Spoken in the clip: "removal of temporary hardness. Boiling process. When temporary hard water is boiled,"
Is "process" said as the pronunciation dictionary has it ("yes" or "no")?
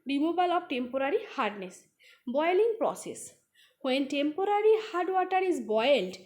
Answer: yes